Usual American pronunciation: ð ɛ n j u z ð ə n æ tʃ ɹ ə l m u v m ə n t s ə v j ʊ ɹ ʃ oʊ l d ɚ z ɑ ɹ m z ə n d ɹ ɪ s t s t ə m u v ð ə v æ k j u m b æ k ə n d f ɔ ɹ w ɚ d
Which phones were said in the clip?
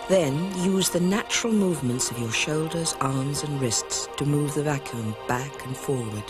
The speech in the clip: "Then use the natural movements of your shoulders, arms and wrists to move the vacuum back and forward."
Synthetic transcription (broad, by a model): ð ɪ n j u z ð ə n æ tʃ ɹ ə l m u v m ə n t s ə v j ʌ ɹ ʃ oʊ l d ɚ z ɑ ɹ m z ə n ɹ ɪ s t s t ə m u v ð ə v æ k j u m b æ k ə n f ɔ ɹ w ɚ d